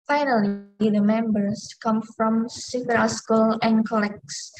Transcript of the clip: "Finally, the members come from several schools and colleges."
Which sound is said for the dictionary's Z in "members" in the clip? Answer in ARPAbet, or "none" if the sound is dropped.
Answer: S